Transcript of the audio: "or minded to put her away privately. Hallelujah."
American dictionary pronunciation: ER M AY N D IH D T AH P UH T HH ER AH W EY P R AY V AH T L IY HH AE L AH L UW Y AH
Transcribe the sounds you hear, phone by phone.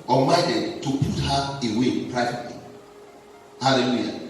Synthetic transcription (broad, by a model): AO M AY D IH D T AH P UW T HH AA AH W EY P R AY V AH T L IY HH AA L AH L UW Y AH